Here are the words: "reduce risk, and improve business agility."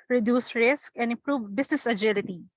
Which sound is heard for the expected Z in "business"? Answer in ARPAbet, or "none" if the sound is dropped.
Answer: S